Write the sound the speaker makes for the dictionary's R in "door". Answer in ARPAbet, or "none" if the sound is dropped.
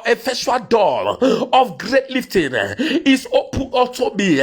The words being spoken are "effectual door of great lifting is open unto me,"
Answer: L